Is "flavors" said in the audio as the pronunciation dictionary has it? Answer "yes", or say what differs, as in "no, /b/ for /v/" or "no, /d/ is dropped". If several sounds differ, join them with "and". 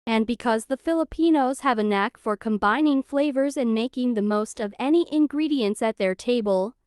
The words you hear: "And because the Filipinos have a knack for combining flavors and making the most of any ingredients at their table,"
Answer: yes